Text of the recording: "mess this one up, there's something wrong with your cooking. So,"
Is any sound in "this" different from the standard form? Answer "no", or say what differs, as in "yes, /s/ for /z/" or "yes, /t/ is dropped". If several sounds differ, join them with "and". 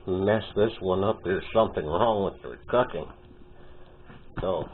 no